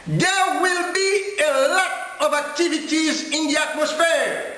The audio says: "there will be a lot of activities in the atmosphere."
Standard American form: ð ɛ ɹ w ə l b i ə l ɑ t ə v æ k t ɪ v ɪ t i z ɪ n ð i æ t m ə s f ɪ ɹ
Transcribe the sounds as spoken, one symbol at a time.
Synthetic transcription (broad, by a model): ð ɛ w ə l b i ə l ɑ t ə v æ k t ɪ v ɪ t i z ɪ n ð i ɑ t m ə s f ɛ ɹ